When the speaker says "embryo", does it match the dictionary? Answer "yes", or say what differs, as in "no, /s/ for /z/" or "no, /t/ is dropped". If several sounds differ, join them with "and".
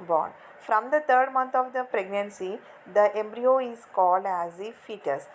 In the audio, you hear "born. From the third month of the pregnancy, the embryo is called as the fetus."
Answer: yes